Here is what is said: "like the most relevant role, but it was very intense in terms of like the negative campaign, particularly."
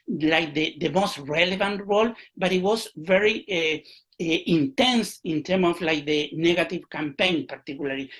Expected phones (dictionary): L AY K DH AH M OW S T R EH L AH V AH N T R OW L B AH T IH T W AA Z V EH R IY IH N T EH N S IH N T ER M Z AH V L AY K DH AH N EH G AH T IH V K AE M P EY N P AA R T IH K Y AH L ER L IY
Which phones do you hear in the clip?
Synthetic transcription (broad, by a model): L AY K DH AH M OW S T R EH L AH V AH N T R OW L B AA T IH T W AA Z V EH R IY IH N T EH N S IH N T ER M AH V L AY K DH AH N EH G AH T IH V K AE M P EY N P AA R T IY K Y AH L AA L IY